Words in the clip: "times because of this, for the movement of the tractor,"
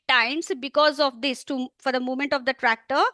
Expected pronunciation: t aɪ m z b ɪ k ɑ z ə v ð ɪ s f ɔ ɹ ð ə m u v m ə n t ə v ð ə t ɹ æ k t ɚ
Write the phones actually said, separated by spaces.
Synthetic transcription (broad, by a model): t aɪ m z b ɪ k ɑ z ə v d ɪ s f ɔ ɹ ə m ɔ m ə n t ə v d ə t ɹ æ k t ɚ